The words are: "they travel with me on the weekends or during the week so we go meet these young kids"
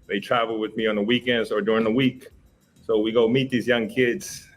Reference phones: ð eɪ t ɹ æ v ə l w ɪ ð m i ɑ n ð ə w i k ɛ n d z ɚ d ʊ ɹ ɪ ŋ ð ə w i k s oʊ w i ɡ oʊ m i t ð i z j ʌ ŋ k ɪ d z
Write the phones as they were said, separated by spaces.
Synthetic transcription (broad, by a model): ð eɪ t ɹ æ v l w ɪ ð m i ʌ n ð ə w i k ɛ n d ɚ d ʊ ɹ ɪ ŋ ð ə w i k s oʊ w i ɡ oʊ m i t ð i z j ʌ ŋ k ɪ d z